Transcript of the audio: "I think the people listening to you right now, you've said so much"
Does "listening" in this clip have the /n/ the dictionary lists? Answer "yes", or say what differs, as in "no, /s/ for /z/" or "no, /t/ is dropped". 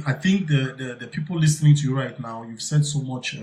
yes